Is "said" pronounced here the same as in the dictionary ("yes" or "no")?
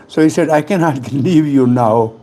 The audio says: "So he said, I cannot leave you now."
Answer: yes